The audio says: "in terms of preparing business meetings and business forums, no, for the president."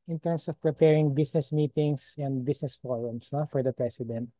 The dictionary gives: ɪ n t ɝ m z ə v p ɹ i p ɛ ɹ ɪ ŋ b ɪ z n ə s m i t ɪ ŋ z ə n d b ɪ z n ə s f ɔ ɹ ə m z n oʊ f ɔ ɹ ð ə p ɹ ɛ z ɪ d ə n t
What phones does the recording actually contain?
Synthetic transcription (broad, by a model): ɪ n t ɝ m s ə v p ɹ i p ɛ ɹ ɪ ŋ b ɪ s n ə s m i t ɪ ŋ s ə n d b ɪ s n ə s f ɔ ɹ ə m s n oʊ f ɔ ɹ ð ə p ɹ ɛ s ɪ d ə n t